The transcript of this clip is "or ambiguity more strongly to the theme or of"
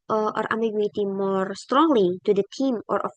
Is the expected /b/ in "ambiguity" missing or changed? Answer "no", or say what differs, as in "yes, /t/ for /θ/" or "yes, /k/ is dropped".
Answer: yes, /b/ is dropped